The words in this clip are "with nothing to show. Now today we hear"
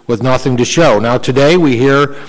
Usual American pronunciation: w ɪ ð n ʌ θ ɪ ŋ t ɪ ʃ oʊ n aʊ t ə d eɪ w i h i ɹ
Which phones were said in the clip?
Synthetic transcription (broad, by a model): w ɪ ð n ʌ θ ɪ ŋ t ɪ ʃ oʊ n aʊ t ə d eɪ w i h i ɹ